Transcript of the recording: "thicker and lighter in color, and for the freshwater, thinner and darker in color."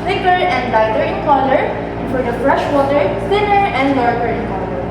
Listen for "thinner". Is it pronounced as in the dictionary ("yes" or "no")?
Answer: no